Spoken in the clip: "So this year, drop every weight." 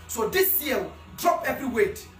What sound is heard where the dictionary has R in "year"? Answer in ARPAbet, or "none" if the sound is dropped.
L